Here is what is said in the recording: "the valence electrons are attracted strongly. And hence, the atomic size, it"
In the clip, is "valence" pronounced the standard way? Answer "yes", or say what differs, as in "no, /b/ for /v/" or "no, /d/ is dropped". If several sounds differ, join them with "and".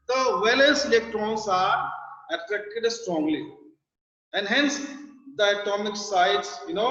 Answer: no, /l/ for /n/